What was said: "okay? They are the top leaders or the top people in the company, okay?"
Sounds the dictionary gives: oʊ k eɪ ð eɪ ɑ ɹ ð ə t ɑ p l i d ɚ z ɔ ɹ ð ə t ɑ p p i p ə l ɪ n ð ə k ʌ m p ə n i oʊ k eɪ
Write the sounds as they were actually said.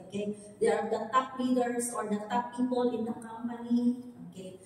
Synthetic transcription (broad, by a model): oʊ k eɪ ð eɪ ɑ ɹ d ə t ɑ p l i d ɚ s ɔ ɹ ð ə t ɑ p p i p ə l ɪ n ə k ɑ m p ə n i oʊ k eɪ